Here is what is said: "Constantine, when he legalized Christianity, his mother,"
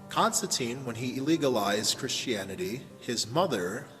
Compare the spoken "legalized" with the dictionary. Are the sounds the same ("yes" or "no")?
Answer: yes